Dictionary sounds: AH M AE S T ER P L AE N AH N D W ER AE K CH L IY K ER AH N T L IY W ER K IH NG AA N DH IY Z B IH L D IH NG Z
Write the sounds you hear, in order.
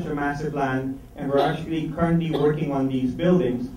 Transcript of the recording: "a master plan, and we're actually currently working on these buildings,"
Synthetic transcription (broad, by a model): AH M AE S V P L AE N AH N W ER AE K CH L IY K ER AH N T L IY W ER K IH NG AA N DH IY Z B IH L D IH NG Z